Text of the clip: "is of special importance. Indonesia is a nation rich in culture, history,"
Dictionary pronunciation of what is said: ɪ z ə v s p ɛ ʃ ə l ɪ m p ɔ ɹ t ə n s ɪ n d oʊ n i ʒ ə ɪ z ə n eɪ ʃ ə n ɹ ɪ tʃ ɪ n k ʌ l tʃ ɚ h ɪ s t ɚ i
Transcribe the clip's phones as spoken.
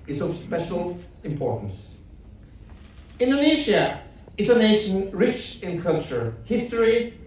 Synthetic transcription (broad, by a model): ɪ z ə v s p ɛ ʃ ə l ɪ m p ɔ ɹ t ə n s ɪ n d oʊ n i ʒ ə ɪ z ə n eɪ ʃ ə n ɹ ɪ tʃ ɪ n k ʌ l tʃ ɚ h ɪ s t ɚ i